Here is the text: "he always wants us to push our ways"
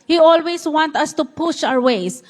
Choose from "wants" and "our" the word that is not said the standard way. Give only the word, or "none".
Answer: wants